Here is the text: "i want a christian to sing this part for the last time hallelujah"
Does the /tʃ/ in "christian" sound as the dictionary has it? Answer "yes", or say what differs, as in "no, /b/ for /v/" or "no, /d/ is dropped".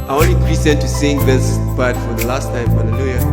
no, /tʃ/ is dropped